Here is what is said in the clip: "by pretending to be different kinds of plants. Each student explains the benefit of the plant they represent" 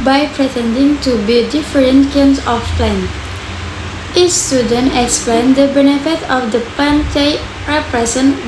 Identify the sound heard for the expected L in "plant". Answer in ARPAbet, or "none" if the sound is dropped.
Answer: none